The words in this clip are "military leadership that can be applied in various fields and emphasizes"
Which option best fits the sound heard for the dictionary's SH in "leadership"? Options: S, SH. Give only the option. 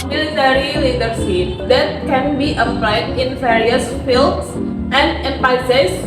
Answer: S